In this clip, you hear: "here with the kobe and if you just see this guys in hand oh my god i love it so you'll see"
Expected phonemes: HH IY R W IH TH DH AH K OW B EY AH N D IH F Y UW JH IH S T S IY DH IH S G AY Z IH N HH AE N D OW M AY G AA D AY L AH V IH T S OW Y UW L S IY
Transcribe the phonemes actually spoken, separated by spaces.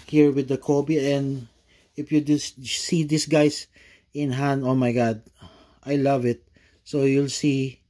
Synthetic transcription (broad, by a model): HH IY R W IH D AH K OW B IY AH N D IH F Y UW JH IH S S IY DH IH S G AY S IH N HH AE N D OW M AY G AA D AY L AH V IH T S OW Y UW L S IY